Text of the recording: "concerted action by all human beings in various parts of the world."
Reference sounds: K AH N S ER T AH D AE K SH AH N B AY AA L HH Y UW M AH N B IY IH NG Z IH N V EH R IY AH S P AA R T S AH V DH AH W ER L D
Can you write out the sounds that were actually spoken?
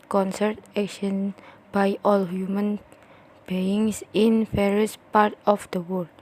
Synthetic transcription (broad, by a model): K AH N S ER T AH K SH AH N B AY AA L HH Y UW M AH N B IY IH NG S IH N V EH R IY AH S P AA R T AH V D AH W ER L